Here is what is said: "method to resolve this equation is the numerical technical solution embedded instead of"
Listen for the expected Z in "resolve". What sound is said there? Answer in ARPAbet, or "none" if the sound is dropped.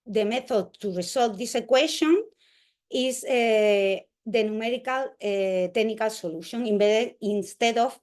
S